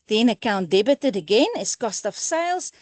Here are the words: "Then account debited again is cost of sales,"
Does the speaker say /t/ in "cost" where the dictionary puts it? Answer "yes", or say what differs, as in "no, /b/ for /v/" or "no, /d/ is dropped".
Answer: yes